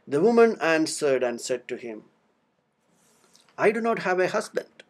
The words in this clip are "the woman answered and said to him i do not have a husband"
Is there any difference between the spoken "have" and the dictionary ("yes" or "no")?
no